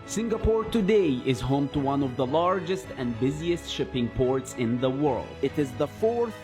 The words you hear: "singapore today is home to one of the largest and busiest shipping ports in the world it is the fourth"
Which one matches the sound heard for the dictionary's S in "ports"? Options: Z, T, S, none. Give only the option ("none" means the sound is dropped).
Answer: S